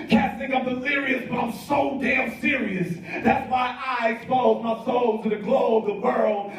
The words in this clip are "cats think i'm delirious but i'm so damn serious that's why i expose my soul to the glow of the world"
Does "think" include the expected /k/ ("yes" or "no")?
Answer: no